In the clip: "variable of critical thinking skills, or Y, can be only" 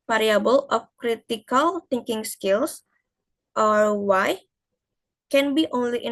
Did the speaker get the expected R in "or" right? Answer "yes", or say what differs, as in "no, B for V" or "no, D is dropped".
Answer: yes